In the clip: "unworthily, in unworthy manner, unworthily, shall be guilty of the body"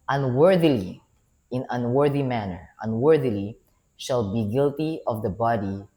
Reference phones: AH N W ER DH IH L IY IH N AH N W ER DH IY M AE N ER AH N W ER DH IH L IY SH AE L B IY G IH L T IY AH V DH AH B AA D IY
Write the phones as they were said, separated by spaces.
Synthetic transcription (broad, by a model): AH N W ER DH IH L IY IH N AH N W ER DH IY M AE N ER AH N W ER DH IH L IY SH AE L B IY G IH L T IY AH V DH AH B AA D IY